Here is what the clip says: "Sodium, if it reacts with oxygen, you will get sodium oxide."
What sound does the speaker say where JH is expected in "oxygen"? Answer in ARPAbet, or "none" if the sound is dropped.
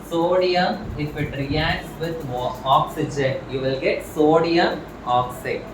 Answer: JH